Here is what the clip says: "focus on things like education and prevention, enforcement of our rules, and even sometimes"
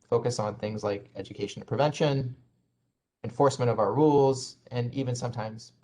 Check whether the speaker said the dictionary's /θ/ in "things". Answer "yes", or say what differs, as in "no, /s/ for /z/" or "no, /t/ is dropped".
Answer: yes